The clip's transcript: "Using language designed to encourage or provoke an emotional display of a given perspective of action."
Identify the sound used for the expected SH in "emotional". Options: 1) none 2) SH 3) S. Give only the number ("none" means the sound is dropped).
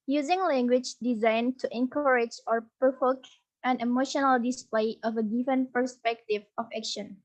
2